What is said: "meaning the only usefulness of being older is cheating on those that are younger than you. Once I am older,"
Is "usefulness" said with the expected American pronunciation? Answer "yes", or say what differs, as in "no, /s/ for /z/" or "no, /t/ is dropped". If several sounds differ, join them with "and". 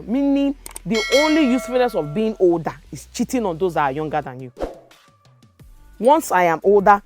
no, /l/ is dropped